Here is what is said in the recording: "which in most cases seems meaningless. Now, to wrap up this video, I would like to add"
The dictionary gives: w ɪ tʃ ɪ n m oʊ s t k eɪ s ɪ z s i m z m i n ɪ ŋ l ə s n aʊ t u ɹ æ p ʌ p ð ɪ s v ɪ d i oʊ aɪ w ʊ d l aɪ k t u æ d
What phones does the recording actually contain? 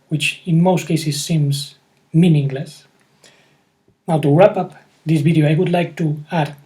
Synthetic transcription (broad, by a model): w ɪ tʃ ɪ n m oʊ s t k eɪ s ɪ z s i m z m i n ɪ ŋ l ə s n aʊ t u ɹ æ p ʌ p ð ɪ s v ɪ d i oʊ aɪ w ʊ d l aɪ k t u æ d